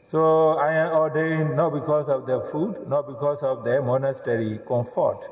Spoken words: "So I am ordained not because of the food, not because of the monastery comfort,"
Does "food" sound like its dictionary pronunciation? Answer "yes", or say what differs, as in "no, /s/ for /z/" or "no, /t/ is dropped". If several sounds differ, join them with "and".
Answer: yes